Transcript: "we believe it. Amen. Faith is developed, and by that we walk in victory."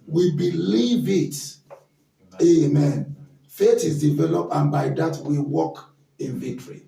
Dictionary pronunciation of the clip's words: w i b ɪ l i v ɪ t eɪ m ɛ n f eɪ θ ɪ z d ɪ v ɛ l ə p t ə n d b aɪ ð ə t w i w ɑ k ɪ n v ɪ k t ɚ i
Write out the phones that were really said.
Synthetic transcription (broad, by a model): w i b ɪ l i v ɪ t eɪ m ɛ n f eɪ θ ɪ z d ɪ v ɛ l ə p t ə n b aɪ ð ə t w i w ɑ k ɪ n v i k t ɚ i